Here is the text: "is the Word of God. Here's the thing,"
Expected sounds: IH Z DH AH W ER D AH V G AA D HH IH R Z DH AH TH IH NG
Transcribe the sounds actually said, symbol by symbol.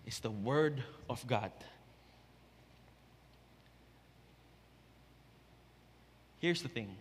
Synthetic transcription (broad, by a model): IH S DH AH W ER D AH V G AA D HH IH R S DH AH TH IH NG